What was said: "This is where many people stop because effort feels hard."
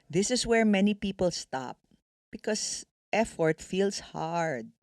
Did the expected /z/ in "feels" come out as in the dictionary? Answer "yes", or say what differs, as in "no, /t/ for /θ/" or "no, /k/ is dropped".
no, /s/ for /z/